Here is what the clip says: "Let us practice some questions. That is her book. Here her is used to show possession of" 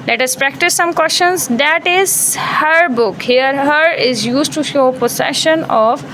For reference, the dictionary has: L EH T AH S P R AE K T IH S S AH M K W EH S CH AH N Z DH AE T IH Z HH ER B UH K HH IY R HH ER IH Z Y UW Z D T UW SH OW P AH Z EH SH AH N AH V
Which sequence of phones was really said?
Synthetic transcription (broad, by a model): L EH T AH S P R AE K T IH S S AH M K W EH S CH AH N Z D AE T IH Z HH ER B UH K HH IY R HH ER IH Z Y UW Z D T UW SH OW P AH S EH SH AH N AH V